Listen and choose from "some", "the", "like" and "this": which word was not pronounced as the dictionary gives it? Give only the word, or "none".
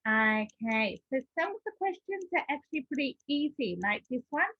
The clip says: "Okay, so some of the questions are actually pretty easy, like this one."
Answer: some